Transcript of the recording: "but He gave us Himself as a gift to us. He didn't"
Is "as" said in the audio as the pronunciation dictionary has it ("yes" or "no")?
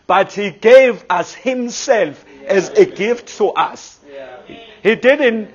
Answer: yes